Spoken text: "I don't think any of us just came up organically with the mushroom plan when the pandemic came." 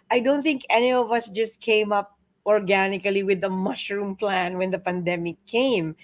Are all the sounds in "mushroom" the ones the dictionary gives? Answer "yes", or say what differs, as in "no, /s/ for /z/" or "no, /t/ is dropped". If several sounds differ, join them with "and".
yes